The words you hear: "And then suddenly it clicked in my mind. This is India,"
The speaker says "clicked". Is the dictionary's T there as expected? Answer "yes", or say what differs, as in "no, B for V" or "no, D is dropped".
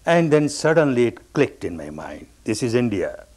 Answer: yes